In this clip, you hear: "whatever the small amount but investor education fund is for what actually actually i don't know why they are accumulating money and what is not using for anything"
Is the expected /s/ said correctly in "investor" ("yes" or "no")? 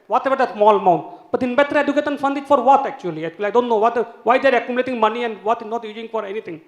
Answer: no